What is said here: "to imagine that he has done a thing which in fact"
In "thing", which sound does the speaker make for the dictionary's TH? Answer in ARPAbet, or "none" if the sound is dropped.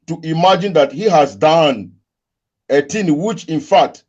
T